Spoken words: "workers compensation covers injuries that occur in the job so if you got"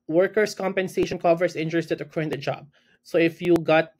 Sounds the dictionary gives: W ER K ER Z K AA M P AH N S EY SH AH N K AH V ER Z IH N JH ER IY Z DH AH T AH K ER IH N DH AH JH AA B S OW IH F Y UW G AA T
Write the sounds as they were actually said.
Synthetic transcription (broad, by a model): W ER K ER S K AA M P AH N S EY SH AH N K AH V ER S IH N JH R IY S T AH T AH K IH N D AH JH AA B S OW IH F Y UW G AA T